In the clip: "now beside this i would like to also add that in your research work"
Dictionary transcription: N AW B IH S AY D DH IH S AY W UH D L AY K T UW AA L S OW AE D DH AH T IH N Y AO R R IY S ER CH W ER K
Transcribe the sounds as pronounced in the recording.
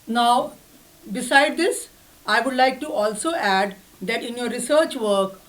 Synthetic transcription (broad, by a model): N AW B IH S AY D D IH S AY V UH D L AY K T UW AA L S OW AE D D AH T IH N Y AO R R IY S ER CH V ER K